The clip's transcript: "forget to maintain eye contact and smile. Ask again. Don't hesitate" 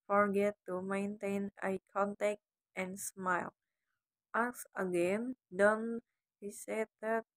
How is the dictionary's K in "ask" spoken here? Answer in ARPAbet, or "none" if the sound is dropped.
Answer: none